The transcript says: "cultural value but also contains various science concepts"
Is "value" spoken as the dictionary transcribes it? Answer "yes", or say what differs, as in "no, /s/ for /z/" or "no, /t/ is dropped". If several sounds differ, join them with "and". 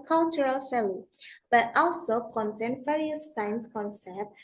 no, /f/ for /v/